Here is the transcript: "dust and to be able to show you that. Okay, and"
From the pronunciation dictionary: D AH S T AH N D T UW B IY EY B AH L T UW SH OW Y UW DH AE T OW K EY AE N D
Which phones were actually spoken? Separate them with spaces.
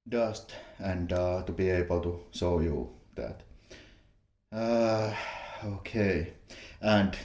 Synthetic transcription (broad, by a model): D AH S T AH N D T UW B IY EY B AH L T UW S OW Y UW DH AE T OW K EY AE N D